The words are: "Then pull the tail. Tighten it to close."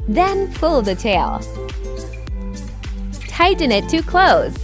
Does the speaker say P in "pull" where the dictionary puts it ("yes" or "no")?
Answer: no